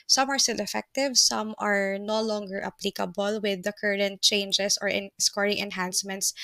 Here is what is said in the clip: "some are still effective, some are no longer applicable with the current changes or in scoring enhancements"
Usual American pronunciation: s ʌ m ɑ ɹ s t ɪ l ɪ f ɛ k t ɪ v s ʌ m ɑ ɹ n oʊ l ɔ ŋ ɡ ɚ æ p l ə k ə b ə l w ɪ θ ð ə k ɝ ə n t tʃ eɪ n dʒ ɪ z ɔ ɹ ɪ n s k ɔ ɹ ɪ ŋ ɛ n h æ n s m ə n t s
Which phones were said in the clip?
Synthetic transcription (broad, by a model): s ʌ m ɑ ɹ s t ɪ l ɪ f ɛ k t ɪ v s ʌ m ɑ ɹ n oʊ l ɔ ŋ ɡ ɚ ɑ p l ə k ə b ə l w ɪ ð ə k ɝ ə n t tʃ eɪ n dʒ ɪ s ɔ ɹ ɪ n s k ɔ ɹ ɪ ŋ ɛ n h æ n s m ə n t s